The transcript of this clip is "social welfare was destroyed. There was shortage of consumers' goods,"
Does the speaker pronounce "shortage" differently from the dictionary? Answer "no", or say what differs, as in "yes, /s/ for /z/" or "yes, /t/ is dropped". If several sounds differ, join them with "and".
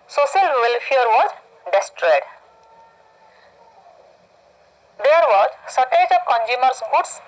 yes, /s/ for /ʃ/